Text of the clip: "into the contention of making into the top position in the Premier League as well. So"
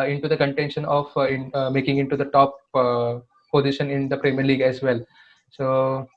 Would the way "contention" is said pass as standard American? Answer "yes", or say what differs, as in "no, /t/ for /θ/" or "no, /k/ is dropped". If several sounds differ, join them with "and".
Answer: yes